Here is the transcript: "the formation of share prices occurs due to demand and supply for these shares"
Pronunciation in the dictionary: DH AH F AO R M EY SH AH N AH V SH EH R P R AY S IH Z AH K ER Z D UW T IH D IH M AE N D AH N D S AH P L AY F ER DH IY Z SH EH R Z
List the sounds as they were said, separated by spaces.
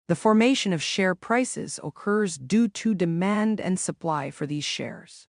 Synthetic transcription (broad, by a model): DH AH F AO R M EY SH AH N AH V SH EH R P R AY S IH Z AH K ER Z D UW T IH D IH M AE N D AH N S AH P L AY F ER DH IY Z SH EH R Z